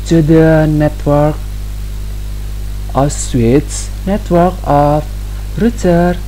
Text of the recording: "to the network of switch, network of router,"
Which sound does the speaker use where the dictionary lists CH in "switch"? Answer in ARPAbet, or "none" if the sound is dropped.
S